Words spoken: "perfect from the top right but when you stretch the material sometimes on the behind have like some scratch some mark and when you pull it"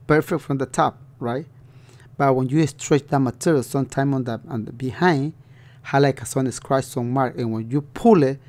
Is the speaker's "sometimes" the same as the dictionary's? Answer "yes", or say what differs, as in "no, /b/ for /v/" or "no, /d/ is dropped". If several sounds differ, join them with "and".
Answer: no, /z/ is dropped